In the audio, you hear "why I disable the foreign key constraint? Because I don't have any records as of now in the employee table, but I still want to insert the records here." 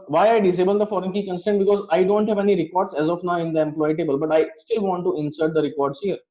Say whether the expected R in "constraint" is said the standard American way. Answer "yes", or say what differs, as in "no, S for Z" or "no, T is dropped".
no, R is dropped